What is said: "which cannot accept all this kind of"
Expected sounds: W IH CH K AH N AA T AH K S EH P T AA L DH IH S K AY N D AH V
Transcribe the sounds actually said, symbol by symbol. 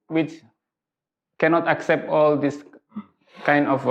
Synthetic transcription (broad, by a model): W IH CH K AH N AA T AH K S EH P T AA L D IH S K AY N D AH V